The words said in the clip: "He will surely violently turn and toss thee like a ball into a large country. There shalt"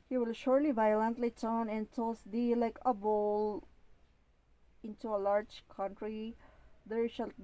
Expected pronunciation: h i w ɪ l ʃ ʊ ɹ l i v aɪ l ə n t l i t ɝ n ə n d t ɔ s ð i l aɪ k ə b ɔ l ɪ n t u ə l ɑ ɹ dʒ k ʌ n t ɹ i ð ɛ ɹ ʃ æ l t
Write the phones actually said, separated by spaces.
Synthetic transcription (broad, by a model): h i w ɪ l ʃ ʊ ɹ l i v aɪ l ə n t l i t ɝ n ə n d t ɔ s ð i l aɪ k ə b ɔ l ɪ n t u ə l ɑ ɹ dʒ k ʌ n t ɹ i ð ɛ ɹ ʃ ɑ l